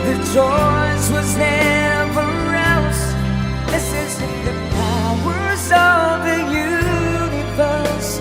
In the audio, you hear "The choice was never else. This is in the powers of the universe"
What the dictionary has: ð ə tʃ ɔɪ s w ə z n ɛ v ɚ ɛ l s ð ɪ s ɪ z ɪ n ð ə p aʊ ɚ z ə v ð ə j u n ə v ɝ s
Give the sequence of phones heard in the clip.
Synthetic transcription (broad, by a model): ð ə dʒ ɔɪ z w ə z n ɛ v ɚ ɛ l s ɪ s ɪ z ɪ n ð ə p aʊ ɚ z ə v ð ə j u n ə v ɝ s